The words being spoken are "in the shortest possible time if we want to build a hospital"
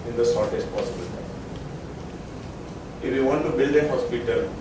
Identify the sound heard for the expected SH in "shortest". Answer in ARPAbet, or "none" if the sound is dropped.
S